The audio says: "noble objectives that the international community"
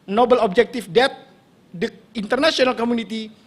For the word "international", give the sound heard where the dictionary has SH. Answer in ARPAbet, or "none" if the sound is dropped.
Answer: S